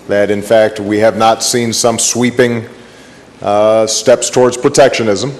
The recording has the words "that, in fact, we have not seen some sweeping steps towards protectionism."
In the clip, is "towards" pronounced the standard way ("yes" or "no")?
yes